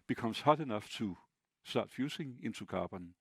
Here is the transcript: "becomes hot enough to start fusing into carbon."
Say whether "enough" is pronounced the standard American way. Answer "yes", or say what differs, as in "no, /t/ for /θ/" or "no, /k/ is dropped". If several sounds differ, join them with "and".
yes